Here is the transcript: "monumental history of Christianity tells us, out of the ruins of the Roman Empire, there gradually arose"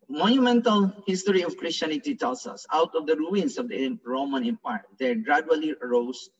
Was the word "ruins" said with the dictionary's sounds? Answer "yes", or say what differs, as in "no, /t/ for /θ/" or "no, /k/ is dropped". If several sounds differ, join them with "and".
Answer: no, /s/ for /z/